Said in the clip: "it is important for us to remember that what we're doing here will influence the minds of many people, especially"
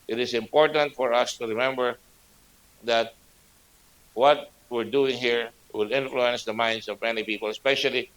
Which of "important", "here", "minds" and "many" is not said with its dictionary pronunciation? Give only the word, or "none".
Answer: minds